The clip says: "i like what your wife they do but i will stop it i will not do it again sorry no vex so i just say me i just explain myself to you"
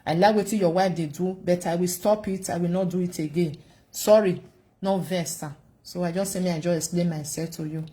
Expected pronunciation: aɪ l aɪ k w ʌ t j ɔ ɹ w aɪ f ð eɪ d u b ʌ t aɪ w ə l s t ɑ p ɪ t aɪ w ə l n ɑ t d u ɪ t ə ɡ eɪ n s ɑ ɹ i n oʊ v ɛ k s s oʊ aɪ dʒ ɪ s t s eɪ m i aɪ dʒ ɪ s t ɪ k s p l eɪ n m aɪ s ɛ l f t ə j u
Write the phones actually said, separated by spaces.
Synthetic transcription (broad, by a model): aɪ l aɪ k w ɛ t j ɔ w aɪ f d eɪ d u b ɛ t aɪ w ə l s t ɑ p ɪ t aɪ w ə l n ɑ t d u ɪ t ə ɡ eɪ n s ɑ ɹ i n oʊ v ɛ s s oʊ aɪ dʒ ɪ s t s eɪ m i aɪ dʒ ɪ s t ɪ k s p l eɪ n m aɪ s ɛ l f t ə j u